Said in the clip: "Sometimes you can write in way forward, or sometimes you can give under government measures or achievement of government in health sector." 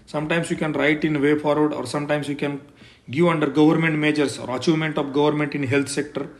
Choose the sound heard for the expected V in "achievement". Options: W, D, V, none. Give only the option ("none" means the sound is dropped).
none